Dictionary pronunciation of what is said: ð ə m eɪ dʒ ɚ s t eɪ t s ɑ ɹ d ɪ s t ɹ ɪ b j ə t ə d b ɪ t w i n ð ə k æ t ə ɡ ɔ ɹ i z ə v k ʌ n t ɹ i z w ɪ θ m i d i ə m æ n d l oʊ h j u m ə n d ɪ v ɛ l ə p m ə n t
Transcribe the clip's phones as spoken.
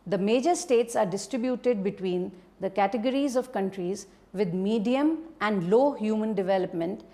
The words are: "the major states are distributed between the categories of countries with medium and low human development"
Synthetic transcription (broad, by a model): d ə m eɪ dʒ ɚ s t eɪ t s ɑ ɹ d ɪ s t ɹ ɪ b j ə t ə d b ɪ t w i n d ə k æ t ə ɡ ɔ ɹ i z ə v k ʌ n t ɹ i z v ɪ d m i d i ə m æ n d l oʊ h j u m ə n d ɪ v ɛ l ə p m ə n t